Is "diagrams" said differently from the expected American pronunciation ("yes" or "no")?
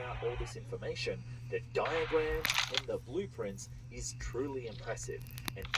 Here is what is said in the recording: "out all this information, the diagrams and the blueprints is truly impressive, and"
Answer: yes